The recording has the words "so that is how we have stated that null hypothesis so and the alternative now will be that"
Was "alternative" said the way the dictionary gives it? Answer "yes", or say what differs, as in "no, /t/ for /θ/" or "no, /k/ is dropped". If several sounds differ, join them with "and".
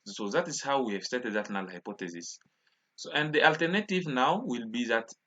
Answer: yes